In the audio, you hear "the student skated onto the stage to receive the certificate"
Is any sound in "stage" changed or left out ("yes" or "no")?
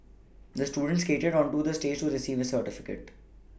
no